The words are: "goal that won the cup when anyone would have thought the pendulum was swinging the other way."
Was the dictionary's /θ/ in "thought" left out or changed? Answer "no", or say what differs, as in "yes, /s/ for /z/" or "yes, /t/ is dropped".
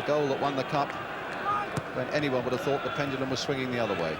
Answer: no